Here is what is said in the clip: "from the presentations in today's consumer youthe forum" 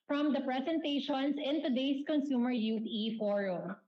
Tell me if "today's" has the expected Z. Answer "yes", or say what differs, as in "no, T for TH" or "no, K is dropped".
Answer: no, S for Z